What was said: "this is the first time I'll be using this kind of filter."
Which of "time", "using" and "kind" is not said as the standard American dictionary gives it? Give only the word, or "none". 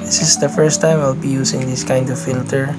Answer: using